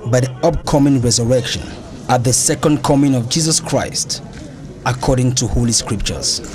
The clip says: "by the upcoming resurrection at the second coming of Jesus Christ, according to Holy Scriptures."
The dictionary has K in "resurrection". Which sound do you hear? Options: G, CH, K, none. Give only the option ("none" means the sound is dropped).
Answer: K